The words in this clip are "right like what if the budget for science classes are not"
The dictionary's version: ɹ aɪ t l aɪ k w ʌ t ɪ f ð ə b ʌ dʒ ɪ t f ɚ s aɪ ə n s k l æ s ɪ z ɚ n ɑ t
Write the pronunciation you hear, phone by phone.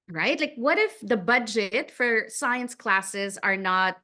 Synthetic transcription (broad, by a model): ɹ aɪ t l aɪ k w ʌ t ɪ f ð ə b ʌ dʒ ɪ t f ɚ s aɪ ə n s k l æ s ɪ z ɚ n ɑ t